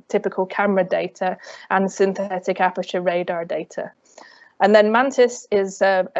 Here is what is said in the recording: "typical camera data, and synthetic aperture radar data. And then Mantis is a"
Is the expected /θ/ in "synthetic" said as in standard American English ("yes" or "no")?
yes